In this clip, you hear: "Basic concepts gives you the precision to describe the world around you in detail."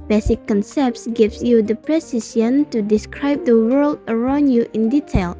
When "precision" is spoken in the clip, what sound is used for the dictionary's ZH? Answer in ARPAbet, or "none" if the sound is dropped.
S